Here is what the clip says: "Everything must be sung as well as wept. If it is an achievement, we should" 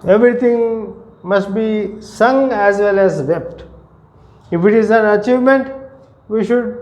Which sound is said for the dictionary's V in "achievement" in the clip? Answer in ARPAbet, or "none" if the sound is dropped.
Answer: V